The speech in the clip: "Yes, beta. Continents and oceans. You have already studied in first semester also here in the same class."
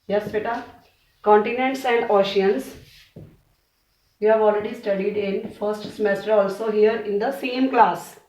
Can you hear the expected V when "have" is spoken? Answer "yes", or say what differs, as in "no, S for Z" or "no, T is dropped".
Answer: yes